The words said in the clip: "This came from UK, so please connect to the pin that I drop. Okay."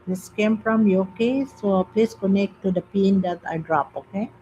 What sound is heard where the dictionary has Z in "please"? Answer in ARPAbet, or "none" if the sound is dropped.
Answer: S